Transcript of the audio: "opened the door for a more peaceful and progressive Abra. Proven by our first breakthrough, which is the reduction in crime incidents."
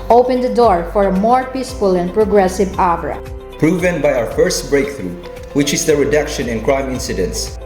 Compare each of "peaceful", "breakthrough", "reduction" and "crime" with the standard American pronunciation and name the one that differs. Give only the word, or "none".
none